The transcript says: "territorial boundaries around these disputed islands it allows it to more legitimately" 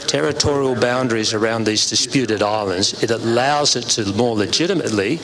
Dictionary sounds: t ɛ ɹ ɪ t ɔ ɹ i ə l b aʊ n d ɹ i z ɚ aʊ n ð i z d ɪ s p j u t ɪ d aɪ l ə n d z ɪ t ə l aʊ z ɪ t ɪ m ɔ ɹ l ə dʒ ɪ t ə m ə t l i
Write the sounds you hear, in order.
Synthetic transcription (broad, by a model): t ɛ ɹ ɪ t ɔ ɹ i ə l b aʊ n d ɹ i z ɚ aʊ n ð i z d ɪ s p j u t ɪ d aɪ l ə n d z ɪ t ə l aʊ z ɪ t ɪ m ɔ ɹ l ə dʒ ɪ t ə m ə t l i